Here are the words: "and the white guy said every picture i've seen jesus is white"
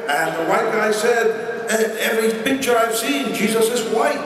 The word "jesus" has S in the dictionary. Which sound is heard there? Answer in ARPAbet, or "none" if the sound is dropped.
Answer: S